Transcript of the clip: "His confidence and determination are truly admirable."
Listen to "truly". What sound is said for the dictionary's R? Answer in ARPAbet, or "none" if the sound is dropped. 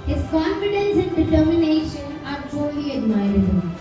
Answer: none